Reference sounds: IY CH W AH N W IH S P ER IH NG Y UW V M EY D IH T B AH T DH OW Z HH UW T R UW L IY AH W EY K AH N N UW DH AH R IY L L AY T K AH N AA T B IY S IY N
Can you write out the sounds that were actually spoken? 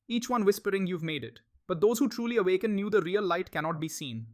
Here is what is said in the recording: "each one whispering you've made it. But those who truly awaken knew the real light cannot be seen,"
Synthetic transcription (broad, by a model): IY CH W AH N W IH S P ER IH NG Y UW V M EY D IH T B AH T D OW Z HH UW T R UW L IY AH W EY K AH N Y UW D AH R IY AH L AY T K AH N AA T B IY S IY N